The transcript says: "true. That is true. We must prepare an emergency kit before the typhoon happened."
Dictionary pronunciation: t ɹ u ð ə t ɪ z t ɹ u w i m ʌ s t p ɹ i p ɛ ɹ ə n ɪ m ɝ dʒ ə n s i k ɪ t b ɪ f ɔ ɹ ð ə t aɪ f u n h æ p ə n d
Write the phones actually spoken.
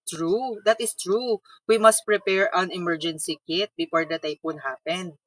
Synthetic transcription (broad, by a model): t ɹ u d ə t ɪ s t ɹ u w i m ʌ s t p ɹ i p ɛ ɹ ə n ɪ m ɝ dʒ ə n s i k ɪ t b ɪ f ɔ ɹ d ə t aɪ p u n h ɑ p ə n d